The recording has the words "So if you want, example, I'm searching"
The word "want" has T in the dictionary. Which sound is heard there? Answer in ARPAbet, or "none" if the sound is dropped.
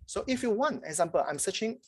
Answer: none